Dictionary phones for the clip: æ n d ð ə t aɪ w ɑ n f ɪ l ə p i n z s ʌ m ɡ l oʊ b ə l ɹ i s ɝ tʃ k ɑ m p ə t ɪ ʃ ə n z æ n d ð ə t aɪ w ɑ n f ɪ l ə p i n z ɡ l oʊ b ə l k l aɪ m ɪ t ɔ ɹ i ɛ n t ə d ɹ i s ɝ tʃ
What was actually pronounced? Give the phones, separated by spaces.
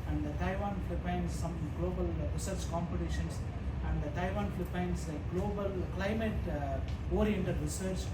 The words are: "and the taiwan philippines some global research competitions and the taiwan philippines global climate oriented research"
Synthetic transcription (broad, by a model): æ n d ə t aɪ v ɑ n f l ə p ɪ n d s ʌ m ɡ l oʊ b ə l ɹ i s ɝ tʃ k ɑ m p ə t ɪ ʃ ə n s æ n d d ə t aɪ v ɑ n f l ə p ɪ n s ɡ l oʊ b ə l k l aɪ m ɪ t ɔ ɹ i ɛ n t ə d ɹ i s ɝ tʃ